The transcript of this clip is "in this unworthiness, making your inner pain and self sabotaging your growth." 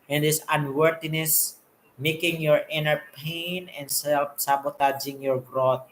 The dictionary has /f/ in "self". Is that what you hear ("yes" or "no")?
no